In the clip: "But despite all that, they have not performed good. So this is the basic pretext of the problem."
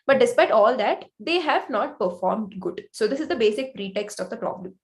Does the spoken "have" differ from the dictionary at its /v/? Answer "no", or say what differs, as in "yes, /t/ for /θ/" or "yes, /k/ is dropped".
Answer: no